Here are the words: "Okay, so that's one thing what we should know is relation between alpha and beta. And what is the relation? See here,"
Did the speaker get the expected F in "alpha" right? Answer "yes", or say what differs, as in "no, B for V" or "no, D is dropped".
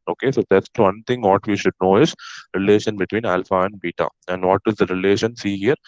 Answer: yes